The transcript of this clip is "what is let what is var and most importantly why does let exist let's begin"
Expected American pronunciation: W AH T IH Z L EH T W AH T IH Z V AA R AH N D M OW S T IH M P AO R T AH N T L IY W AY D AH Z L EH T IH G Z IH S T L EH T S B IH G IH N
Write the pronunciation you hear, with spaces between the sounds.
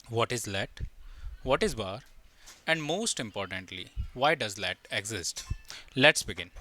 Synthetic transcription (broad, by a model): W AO T IH Z L EH T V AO T IH Z B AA R AH N D M OW S T IH M P AO R T AH N T L IY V AY D AH Z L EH T IH G Z IH S T L EH T S B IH G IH N